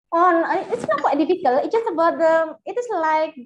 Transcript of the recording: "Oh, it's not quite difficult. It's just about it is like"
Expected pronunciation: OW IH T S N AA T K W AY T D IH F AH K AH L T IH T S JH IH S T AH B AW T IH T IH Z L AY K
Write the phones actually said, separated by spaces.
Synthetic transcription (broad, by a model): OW IH T S N AA T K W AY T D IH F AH K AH L IH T JH IH S T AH B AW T IH T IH S L AY K